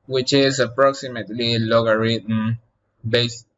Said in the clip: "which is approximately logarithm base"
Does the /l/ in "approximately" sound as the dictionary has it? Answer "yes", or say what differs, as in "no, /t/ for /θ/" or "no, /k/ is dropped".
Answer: yes